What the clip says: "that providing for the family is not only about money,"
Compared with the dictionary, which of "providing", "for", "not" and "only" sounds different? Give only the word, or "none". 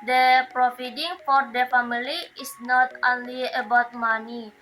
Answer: providing